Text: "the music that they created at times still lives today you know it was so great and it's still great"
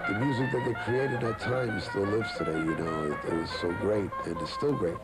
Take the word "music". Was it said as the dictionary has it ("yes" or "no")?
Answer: yes